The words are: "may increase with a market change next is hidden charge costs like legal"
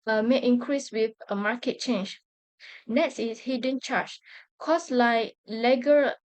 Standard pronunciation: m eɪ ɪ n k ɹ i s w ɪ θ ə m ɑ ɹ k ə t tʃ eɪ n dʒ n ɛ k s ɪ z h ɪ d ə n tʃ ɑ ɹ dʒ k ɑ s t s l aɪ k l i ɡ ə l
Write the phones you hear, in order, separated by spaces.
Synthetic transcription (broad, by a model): m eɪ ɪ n k ɹ i s w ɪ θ ə m ɑ k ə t tʃ eɪ n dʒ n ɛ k s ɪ s h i d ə n tʃ ɑ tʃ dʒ k ɑ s s l aɪ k l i ɡ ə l